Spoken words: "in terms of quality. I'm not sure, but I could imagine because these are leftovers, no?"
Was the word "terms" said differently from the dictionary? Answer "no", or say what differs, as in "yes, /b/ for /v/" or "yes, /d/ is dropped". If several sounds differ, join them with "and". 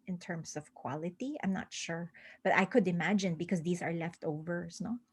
yes, /s/ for /z/